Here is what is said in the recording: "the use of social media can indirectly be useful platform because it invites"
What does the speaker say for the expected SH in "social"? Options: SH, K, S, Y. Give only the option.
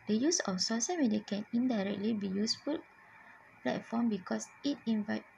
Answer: S